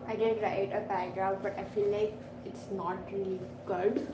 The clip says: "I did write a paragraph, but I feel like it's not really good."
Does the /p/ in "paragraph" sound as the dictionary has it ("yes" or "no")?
no